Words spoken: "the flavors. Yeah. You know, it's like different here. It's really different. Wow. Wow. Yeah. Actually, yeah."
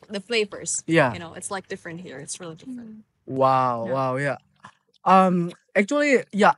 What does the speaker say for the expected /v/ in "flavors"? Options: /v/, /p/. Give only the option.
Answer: /p/